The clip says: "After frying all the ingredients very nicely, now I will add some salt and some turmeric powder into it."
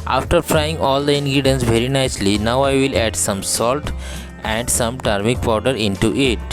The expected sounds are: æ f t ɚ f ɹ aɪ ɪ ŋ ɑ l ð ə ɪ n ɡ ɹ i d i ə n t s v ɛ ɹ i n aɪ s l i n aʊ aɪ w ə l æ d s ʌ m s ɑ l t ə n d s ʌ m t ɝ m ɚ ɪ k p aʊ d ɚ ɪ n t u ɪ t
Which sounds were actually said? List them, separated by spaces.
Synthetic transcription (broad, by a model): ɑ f t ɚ f ɹ aɪ ɪ ŋ ɑ l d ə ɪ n ɡ ɹ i d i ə n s v ɛ ɹ i n aɪ s l i n aʊ aɪ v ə l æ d s ʌ m s ɑ l t ə n d s ʌ m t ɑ m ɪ k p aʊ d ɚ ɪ n t u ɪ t